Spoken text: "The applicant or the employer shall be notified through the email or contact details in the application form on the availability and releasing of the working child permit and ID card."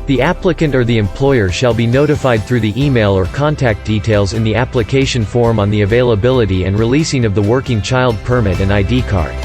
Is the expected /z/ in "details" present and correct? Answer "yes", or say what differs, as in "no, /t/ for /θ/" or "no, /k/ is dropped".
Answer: yes